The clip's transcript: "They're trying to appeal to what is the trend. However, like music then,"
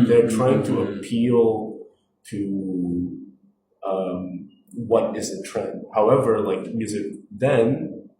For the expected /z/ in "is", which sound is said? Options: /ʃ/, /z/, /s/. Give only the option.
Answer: /z/